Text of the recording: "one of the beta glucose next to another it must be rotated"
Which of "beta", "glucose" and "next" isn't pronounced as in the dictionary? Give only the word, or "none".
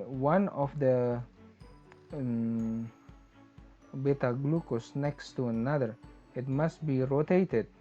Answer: none